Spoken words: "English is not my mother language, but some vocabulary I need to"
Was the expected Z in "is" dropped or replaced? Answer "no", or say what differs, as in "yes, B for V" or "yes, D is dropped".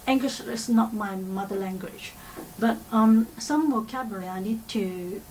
yes, S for Z